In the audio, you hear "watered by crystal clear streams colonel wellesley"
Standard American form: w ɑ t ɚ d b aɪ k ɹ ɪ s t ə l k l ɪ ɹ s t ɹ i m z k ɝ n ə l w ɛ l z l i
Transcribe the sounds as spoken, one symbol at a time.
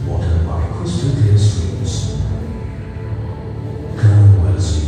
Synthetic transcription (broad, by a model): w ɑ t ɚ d b aɪ k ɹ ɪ s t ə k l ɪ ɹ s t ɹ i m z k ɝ ə n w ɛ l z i